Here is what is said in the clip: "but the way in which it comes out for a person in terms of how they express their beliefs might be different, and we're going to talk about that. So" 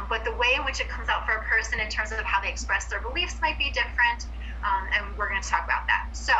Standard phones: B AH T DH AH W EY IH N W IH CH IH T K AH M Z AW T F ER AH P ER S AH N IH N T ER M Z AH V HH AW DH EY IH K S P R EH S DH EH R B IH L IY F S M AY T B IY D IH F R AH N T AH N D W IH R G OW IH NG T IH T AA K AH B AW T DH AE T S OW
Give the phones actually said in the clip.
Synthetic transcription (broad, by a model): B AH T DH AH W EY IH N W IH CH IH T K AH M Z AW T F ER AH P ER S AH N IH N T ER M Z AH V HH AW DH EY IH K S P R EH S DH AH R B IH L IY F S M AY T B IY D IH F R AH N T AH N W IH R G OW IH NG T IH T AA K AH B AW T DH AE T S OW